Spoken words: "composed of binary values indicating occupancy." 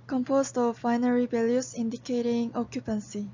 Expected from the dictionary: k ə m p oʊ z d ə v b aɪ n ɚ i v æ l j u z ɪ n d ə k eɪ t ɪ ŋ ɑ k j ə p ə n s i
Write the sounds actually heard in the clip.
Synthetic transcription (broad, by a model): k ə m p oʊ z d ə v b aɪ n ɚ i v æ l j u s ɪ n d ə k eɪ t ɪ ŋ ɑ k j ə p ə n s i